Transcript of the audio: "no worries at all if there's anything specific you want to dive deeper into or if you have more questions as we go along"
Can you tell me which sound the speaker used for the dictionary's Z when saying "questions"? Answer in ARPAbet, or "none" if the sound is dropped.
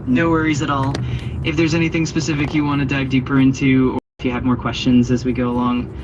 Z